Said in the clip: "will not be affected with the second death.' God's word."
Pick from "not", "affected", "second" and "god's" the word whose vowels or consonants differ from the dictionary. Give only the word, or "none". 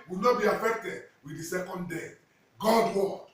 god's